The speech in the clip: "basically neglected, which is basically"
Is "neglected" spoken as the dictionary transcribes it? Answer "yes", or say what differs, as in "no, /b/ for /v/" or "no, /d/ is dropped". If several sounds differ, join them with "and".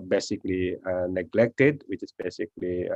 yes